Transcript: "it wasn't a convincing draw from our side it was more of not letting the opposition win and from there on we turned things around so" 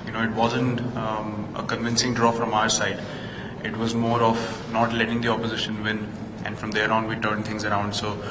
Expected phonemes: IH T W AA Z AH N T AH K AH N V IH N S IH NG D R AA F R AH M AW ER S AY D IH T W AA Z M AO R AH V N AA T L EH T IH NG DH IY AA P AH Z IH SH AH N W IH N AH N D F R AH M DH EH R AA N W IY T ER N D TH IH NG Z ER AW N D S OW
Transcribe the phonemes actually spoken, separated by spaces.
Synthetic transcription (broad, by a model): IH T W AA Z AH N T AH K AH N V IH N S IH NG D R AA F R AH M AW ER S AY D IH T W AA Z M AO R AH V N AA T L EH T IH NG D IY AA P AH Z IH SH AH N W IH N AH N D F R AH M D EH R AA N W IY T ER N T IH NG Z ER AW N D S OW